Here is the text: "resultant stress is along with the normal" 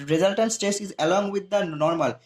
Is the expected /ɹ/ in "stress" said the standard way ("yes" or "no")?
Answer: no